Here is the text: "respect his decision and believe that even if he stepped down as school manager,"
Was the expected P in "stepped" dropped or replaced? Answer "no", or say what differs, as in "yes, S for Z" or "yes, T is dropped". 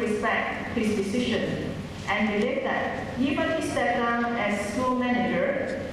yes, P is dropped